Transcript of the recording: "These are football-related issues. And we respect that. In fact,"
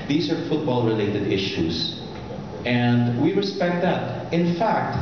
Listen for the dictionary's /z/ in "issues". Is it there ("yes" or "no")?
no